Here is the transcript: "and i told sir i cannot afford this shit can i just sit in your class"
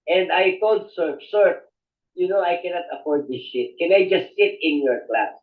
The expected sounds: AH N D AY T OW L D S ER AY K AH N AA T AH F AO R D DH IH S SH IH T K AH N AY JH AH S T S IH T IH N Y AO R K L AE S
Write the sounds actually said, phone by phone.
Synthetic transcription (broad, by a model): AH N D AY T OW L D S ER AY K AH N AA T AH P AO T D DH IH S SH IH T K AH N AY JH AH S T S IH T IH N Y AO R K L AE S